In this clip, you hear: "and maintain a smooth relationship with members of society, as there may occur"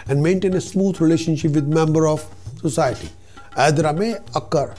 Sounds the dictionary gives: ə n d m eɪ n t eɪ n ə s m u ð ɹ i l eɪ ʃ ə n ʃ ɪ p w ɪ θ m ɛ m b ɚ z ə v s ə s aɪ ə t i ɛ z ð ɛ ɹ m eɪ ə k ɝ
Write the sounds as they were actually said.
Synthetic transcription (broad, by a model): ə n d m eɪ n t eɪ n ə s m u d ɹ i l eɪ ʃ ə n ʃ ɪ p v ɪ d m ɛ m b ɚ ə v s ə s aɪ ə t i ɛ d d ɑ m eɪ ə k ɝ